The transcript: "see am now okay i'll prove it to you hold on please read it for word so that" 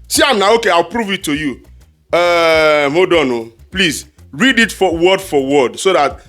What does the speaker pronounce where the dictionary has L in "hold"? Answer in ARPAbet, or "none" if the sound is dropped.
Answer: none